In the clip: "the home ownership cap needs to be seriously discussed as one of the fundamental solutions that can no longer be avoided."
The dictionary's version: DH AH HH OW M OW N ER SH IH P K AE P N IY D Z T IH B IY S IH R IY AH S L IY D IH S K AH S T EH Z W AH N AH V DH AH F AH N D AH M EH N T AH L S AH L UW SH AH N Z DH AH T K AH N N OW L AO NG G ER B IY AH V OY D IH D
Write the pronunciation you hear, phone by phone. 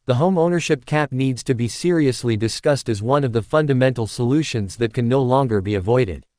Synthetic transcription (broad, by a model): DH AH HH OW M OW N ER SH IH P K AE P N IY D Z T IH B IY S IH R IY AH S L IY D IH S K AH S T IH Z W AH N AH V DH AH F AH N D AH M EH N T L S AH L UW SH AH N Z DH AH T K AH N N OW L AO NG G ER B IY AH V OY D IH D